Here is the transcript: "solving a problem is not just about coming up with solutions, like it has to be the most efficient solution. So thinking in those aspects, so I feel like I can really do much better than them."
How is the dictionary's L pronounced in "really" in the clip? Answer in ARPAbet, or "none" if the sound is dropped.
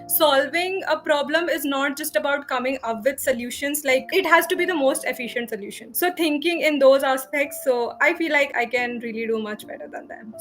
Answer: L